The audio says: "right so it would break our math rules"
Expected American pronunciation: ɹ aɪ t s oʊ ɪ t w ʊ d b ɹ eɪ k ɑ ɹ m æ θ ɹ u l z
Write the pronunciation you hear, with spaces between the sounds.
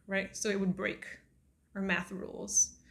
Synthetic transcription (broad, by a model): ɹ aɪ t s oʊ ɪ t w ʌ d b ɹ eɪ k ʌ ɹ m æ θ ɹ u l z